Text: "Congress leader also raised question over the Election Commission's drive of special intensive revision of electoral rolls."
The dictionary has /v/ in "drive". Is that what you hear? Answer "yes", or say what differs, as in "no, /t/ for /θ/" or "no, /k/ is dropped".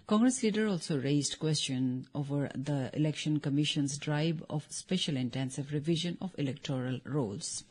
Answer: no, /b/ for /v/